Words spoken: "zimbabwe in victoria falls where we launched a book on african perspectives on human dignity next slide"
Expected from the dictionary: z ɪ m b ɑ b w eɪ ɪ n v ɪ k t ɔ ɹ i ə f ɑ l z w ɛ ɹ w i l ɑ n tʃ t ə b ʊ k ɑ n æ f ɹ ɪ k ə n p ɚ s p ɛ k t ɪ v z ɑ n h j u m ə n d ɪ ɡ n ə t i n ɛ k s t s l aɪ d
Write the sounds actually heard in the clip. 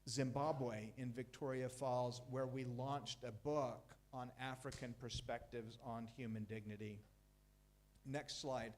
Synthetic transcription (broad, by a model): z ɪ m b ɑ b w eɪ ɪ n v ɪ k t ɔ ɹ i ə f ɑ l z w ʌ ɹ w i l ɑ n tʃ t ə b ʊ k n æ f ɹ ɪ k ə n p ɚ s p ɛ k t ɪ v z n h j u m ə n d ɪ ɡ n ə t i n ɛ k s t s l aɪ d